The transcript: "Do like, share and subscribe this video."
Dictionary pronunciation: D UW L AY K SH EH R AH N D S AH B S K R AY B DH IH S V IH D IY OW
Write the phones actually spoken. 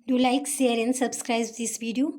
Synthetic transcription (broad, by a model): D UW L AY K S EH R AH N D S AH B S K R AY B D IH S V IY D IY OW